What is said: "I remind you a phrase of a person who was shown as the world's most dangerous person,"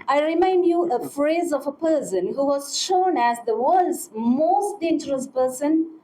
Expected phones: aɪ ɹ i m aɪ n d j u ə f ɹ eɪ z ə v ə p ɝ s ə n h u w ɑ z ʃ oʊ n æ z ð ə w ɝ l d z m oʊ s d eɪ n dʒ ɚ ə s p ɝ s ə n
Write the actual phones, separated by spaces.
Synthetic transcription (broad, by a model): aɪ ɹ i m aɪ n d j u ə f ɹ eɪ z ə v ə p ɝ s ə n h u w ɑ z ʃ oʊ n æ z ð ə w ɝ l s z m oʊ s d eɪ n dʒ ɚ ə s p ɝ s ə n